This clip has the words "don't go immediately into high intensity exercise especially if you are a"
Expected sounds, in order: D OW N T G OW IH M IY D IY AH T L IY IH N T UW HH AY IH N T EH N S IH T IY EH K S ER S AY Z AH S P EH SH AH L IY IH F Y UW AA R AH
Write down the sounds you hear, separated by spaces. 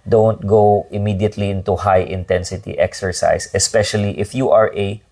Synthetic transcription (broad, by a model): D OW N T G OW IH M IY D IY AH T L IY IH N T UW HH AY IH N T EH N S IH T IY EH K S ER S AY S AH S P EH SH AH L IY IH F Y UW AA R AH